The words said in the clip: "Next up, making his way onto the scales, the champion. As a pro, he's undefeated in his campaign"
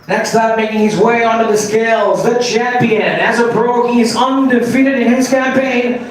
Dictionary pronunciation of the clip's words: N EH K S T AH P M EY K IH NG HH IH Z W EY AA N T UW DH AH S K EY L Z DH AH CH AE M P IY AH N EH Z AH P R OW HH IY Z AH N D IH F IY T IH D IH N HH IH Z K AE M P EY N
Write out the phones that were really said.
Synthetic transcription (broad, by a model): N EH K S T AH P M EY K IH NG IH Z W EY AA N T DH AH S K EY L Z DH AH CH AE M P IY AH N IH Z AH B R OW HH IY Z AH N D IH F IY T IH D IH N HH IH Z K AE M P EY N